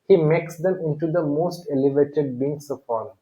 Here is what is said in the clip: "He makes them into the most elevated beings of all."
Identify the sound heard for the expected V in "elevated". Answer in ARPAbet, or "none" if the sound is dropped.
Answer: V